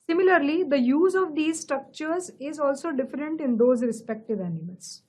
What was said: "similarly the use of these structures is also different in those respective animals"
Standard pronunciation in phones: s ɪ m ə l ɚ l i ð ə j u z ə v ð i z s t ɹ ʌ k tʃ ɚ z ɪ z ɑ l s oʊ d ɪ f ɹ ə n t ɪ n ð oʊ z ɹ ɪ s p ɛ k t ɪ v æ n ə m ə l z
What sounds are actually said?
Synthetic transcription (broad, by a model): s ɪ m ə l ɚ l i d ə j u z ə v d i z s t ɹ ʌ k tʃ ɚ z ɪ z ɑ l s oʊ d ɪ f ɹ ə n t ɪ n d oʊ z ɹ ɪ s p ɛ k t ɪ v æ n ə m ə l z